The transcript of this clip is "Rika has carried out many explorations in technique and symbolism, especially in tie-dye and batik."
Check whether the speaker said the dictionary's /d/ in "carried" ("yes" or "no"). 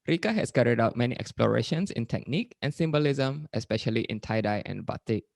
yes